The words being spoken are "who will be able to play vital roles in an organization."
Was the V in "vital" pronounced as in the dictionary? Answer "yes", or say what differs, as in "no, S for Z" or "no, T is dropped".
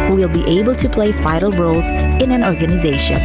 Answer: no, F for V